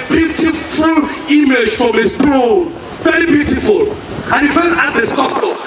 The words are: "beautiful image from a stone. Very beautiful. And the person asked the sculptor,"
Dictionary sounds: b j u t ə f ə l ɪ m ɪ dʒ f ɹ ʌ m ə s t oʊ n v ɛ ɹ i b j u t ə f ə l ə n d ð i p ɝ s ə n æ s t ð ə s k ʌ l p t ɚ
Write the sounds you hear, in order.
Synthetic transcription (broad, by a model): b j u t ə f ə l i m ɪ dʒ f ɹ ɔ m ə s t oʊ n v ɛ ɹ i b j u t ə f ə l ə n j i f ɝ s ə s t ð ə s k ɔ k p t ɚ